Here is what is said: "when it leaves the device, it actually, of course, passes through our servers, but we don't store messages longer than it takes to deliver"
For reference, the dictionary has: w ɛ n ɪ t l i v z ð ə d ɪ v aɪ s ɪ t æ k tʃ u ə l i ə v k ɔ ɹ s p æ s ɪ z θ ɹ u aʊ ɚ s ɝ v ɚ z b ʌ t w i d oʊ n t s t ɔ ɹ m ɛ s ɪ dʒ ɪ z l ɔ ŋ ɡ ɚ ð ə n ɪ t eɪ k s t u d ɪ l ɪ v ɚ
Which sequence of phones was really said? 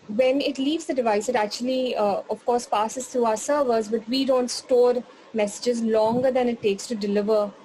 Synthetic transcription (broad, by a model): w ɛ n ɪ t l i v z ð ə d ɪ v aɪ s ɪ t æ k tʃ u ə l i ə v k ɔ ɹ s p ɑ s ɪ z t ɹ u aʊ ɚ s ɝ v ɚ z b ʌ t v i d oʊ n t s t ɔ ɹ m ɛ s ɪ dʒ ɪ z l ɔ ŋ ɡ ɚ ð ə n ɪ t eɪ k s t u d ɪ l ɪ v ɚ